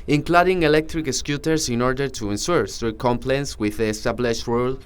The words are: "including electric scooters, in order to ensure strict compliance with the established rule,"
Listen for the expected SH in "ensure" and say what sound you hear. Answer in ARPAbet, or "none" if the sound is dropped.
S